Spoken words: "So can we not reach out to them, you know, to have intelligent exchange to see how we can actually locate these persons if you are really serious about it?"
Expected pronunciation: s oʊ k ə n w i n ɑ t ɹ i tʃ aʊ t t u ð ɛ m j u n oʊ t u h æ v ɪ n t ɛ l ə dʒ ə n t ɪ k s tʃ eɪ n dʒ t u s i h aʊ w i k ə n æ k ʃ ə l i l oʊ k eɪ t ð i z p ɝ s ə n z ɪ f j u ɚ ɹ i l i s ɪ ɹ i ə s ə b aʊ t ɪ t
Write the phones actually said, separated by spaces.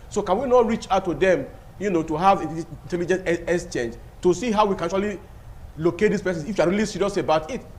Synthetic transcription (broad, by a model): s oʊ k ə n w i n ɑ t ɹ i tʃ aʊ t t u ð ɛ m j u n oʊ t u h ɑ v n t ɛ l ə dʒ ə n t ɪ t s tʃ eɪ n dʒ t u s i h aʊ w i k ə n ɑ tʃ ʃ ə l i l oʊ k eɪ t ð i s p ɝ s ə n ɪ f j u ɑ ɹ i l i s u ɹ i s ə b aʊ t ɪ t